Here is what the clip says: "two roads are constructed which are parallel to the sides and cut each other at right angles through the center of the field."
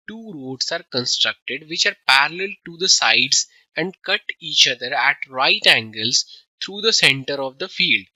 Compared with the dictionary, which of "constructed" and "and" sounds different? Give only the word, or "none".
none